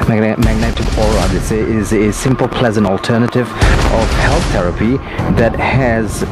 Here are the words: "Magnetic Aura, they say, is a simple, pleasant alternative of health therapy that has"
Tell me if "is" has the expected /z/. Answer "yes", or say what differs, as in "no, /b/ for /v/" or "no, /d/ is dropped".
yes